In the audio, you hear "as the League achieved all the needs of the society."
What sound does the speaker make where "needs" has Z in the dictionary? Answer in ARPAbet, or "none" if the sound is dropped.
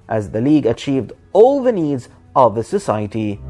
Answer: Z